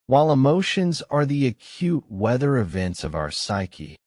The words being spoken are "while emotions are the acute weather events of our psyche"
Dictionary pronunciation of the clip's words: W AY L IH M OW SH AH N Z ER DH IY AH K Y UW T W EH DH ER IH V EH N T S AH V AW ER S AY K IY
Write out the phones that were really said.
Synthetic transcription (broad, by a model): W AY L IH M OW SH AH N Z ER DH IY AH K Y UW T W EH DH ER IH V EH N T S AH V AW ER S AY K IY